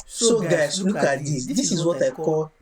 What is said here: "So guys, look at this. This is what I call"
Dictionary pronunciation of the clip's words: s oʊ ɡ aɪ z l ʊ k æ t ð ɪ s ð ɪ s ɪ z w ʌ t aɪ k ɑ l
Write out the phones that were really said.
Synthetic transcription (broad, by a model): s oʊ ɡ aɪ s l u k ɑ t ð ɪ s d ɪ s ɪ z w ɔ t aɪ k ɑ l